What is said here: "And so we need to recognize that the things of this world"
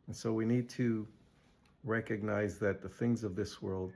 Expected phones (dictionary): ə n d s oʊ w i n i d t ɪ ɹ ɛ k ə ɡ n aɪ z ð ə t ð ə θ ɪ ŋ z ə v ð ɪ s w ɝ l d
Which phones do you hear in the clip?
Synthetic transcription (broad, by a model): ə n s oʊ w i n i d t ɪ ɹ ɛ k ə ɡ n aɪ z ð ə t ð ə θ ɪ ŋ z ə v ð ɪ s w ɝ l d